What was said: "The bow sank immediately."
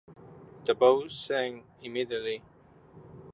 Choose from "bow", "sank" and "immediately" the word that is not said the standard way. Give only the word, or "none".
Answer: sank